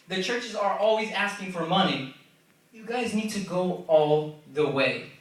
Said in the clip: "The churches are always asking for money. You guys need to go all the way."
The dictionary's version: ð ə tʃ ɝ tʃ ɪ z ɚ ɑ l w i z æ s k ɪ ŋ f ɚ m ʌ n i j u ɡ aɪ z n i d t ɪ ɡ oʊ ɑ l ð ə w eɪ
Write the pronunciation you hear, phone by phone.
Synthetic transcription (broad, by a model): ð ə tʃ ɝ tʃ ɪ z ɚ ɑ l w i z æ s k ɪ ŋ f ɚ m ʌ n i j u ɡ aɪ z n i d t ɪ ɡ oʊ ɑ l ð ə w eɪ